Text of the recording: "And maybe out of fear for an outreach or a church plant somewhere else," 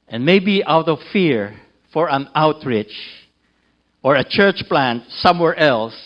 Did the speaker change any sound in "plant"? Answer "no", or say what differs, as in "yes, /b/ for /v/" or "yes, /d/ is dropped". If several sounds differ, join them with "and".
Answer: no